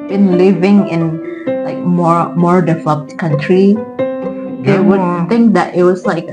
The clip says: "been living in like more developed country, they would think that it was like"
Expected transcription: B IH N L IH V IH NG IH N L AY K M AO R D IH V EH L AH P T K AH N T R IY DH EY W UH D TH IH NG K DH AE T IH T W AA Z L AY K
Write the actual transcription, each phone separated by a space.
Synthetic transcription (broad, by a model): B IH N L IH V IH NG IH N L AY K M AO R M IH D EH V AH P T K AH N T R IY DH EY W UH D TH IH NG K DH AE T IH T W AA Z L AY K